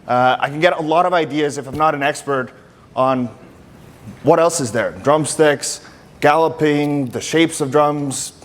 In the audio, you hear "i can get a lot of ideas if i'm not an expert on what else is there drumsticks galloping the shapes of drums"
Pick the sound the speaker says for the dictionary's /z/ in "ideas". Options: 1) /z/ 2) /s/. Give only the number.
1